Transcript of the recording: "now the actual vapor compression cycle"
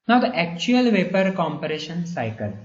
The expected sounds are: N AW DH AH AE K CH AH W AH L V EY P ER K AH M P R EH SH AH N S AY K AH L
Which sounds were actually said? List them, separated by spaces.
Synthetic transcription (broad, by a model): N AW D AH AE K CH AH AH L V EY P ER K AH M P R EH SH AH N S AY K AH L